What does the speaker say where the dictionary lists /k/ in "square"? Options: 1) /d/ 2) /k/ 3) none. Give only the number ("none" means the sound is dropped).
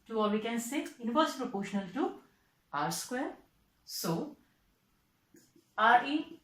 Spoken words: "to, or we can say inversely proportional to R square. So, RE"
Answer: 2